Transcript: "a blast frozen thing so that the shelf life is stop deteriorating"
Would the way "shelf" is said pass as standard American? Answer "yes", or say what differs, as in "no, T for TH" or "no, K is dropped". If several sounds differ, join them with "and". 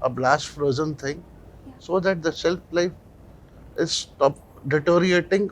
no, S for SH